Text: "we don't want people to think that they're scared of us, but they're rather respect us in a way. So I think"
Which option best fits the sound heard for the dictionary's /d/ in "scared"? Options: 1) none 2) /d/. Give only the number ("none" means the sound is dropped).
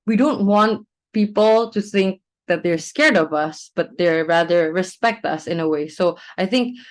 2